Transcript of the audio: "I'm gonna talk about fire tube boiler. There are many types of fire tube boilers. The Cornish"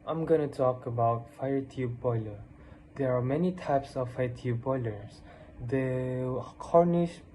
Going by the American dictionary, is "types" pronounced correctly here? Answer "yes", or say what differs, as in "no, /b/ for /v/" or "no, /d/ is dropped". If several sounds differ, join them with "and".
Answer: yes